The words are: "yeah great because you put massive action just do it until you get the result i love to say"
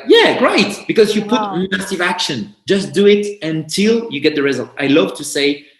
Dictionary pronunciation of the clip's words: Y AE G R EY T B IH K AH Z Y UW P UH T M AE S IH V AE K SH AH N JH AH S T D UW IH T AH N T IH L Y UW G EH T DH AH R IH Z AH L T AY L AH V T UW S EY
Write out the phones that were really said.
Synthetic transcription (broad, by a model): Y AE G R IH T B IH K AH Z Y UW P UH T M AE S IH V AE K SH AH N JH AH S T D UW IH T AH N T IH L Y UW G EH T DH AH R IH Z AH L T AY L AH V T UW S EY